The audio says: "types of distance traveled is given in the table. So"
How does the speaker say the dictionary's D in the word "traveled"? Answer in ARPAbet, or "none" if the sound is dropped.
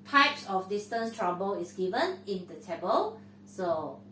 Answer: none